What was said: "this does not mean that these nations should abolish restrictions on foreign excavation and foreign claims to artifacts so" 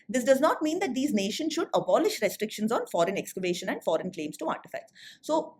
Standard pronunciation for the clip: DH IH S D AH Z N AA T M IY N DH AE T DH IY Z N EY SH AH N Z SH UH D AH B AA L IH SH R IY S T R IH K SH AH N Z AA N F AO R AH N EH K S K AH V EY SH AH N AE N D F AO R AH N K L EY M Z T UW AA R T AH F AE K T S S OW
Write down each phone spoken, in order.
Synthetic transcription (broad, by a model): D IH S D AH Z N AA T M IY N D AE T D IY Z N EY SH AH N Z SH UH D AH B AA L IH SH R IY S T R IH K SH AH N Z AA N F AO R AH N EH K S K AH V EY SH AH N AE N D F AO R AH N K L EY M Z T UW AA R T AH F AE K T S S OW